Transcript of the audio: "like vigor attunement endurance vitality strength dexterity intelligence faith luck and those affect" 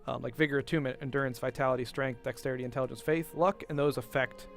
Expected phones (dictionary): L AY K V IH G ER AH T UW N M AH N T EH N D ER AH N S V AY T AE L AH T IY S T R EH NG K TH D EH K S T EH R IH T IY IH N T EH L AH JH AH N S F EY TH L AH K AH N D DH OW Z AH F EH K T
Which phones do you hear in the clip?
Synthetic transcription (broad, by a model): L AY K V IH G ER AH T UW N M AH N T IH N D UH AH N S V AY T AE L AH T IY S T R EH NG K TH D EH K S T EH R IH T IY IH N T EH L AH JH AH N S F EY TH L AH K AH N DH OW Z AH F EH K T